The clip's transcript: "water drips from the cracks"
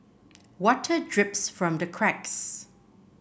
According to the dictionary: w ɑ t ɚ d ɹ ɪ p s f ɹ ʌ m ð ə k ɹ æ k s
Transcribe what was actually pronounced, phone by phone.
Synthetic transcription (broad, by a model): w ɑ t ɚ d ɹ ɪ p s f ɹ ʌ m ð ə k ɹ æ k s